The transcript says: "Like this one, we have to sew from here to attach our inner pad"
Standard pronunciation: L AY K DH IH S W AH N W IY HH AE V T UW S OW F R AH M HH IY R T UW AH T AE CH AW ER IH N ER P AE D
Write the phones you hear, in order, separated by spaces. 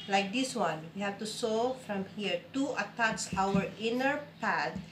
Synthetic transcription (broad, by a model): L AY K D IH S W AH N W IY HH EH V T UW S OW F R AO M HH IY R T UW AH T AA S AW ER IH N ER P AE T